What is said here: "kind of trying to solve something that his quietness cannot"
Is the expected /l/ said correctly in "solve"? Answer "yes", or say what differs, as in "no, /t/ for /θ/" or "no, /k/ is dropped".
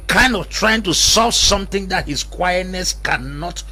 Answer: no, /l/ is dropped